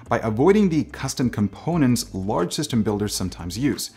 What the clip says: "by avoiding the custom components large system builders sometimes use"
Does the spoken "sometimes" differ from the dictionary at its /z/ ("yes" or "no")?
no